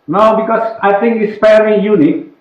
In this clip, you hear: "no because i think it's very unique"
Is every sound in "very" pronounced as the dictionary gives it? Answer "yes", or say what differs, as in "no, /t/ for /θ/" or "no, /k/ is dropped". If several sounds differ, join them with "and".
no, /f/ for /v/ and /l/ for /ɹ/